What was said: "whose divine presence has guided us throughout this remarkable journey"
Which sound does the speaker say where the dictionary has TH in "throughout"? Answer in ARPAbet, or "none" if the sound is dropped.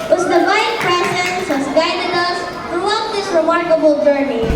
T